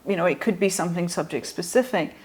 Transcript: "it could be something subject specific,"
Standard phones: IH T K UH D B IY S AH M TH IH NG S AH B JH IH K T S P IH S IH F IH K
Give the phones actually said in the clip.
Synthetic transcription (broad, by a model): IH T K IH D B IY S AH M TH IH NG S AH B JH IH K T S P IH S IH F IH K